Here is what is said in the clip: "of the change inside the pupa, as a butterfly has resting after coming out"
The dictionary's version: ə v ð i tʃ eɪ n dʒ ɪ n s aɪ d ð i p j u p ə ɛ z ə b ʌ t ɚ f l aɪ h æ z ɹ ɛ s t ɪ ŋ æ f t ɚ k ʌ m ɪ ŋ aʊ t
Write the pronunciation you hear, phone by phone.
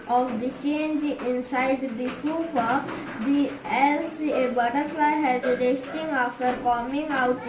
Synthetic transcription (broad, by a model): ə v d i tʃ eɪ n dʒ ɪ n s aɪ d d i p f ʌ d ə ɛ s ə b ʌ t ɚ f l aɪ h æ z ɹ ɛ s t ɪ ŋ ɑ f t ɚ k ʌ m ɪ ŋ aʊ t